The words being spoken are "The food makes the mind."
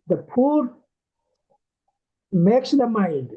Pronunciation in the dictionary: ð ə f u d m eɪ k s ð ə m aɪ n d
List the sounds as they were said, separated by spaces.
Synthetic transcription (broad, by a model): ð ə p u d m eɪ k s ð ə m aɪ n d